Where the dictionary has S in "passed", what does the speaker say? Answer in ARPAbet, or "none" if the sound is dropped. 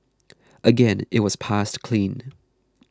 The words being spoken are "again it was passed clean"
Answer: S